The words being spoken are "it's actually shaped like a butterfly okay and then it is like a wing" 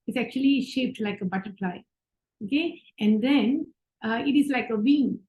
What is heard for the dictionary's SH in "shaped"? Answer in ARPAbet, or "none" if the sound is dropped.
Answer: SH